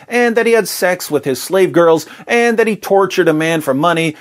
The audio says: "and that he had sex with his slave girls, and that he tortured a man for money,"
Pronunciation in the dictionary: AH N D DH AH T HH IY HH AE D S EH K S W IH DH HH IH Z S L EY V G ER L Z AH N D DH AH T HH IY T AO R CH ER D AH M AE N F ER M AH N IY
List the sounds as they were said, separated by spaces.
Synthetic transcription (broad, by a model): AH N DH AH T HH IY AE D S EH K S W IH DH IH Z S L EY V G ER L Z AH N DH AH T HH IY T AO R CH ER D AH M AE N F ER M AH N IY